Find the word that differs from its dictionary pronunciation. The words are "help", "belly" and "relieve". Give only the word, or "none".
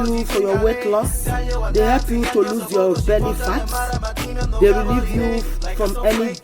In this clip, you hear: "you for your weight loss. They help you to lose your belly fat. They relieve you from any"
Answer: belly